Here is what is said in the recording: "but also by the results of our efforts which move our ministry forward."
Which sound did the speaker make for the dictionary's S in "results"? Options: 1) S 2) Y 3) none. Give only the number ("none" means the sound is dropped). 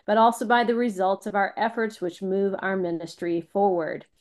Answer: 1